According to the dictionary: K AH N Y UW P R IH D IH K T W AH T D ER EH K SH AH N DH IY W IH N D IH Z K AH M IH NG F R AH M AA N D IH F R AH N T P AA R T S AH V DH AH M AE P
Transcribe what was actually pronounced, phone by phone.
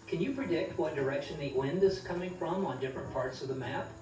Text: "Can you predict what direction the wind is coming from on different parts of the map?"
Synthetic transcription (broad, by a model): K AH N Y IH P R IH D IH K T W AH T D ER EH K SH AH N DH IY W IH N D IH Z K AH M IH NG F R AH M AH N D IH F R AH N P AA R T S AH V DH AH M AE P